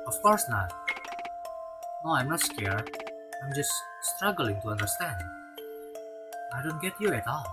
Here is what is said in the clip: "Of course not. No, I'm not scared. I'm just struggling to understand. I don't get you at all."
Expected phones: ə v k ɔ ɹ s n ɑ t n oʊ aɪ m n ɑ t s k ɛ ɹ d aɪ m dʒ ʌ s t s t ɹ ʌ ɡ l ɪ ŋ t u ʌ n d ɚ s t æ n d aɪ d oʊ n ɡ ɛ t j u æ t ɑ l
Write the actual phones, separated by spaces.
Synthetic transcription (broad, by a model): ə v k ɔ ɹ s n ɑ t n oʊ aɪ m n ɑ t s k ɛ ɹ aɪ m dʒ ʌ s t s t ɹ ʌ ɡ l ɪ ŋ t u ʌ n d ɚ s t æ n d aɪ d oʊ n ɡ ɛ t j u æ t ɑ l